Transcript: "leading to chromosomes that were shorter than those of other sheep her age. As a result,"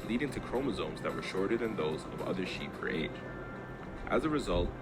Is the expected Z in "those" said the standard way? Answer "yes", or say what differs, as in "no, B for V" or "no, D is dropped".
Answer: yes